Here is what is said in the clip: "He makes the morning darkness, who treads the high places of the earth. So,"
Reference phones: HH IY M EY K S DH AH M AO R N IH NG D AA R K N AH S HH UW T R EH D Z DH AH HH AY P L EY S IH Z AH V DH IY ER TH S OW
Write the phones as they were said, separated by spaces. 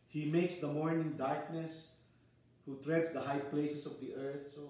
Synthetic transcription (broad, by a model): HH IY M EY K S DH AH M AO R N IH NG D AA R K N AH S HH UW T R EH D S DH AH HH AY P L EY S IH S AH V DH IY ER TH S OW